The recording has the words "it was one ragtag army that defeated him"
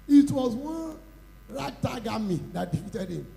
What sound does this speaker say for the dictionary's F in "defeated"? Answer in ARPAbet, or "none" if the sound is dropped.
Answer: none